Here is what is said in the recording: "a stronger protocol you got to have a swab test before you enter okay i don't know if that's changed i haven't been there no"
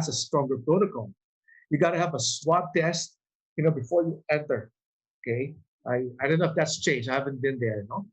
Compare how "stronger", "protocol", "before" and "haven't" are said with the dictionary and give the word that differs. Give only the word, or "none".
protocol